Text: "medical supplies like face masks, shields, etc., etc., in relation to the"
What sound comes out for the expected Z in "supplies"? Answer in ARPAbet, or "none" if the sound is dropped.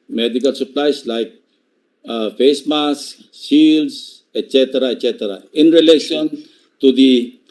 S